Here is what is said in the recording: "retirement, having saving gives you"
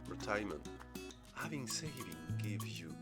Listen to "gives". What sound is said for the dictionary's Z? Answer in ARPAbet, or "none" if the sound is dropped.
none